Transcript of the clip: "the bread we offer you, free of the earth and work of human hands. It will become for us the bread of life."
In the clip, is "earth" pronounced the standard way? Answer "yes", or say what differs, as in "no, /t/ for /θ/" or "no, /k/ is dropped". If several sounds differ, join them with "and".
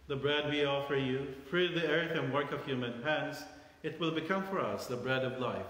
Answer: yes